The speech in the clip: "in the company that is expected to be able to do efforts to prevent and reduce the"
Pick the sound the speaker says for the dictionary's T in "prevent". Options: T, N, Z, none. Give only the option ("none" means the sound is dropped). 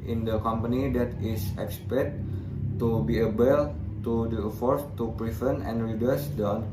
none